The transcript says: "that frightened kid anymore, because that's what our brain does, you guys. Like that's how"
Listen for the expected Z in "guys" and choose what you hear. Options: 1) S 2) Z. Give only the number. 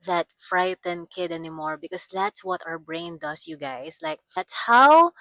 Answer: 1